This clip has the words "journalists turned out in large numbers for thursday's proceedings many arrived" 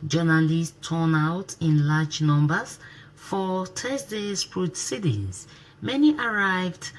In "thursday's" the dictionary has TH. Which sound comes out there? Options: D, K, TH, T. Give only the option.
T